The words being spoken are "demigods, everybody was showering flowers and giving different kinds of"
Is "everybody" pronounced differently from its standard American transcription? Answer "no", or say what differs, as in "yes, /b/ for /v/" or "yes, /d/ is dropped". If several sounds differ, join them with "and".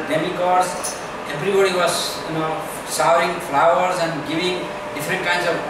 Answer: yes, /b/ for /v/